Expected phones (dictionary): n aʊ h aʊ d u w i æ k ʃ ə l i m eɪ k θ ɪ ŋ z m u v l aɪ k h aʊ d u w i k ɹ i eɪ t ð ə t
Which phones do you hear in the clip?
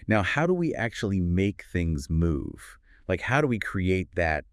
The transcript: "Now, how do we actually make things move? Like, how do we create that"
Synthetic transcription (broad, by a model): n aʊ h aʊ d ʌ w i æ k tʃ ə l i m eɪ k θ ɪ ŋ z m u v l aɪ k h aʊ d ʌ w i k ɹ i eɪ t ð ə t